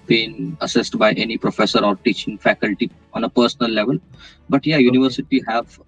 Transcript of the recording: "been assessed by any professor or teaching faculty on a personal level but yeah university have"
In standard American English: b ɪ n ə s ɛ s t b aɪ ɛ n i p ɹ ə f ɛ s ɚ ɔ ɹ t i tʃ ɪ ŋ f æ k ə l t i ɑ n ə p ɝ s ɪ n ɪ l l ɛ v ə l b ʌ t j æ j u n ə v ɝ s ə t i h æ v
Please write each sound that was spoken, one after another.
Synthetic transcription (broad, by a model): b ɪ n ə s ɛ s t b aɪ ɛ n i p ɹ ə f ɛ s ɚ ɔ ɹ t i tʃ ɪ ŋ f æ k ə l t i ɑ n ə p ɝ s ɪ n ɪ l l ɛ v ə l b ʌ t j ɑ j u n ə v ɝ s ə t i h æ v